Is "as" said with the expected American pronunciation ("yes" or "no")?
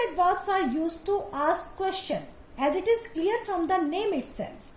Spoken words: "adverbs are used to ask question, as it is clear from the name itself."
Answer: yes